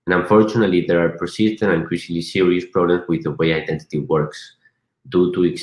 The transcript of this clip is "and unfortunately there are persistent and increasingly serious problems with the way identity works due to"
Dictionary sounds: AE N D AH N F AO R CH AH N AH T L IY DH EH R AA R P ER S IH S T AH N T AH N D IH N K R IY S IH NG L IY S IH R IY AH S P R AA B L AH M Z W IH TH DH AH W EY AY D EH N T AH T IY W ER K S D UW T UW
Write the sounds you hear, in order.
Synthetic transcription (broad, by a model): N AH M F AO R CH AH N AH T L IY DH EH R AA R P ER S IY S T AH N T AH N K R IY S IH L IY S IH R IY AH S P R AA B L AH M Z W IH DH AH W EY AY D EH N T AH T IY W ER K S D UW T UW